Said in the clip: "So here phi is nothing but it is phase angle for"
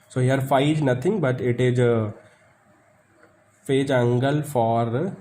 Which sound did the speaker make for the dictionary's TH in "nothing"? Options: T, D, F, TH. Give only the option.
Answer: T